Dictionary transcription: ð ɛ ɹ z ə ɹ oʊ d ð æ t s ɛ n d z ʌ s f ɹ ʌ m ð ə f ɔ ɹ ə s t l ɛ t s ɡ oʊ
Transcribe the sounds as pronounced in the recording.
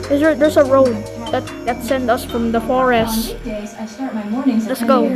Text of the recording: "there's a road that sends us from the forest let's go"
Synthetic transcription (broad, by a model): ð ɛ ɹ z ə ɹ oʊ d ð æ t s ɛ n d ʌ s f ɹ ʌ m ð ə f ɔ ɹ ə s t l ɛ t s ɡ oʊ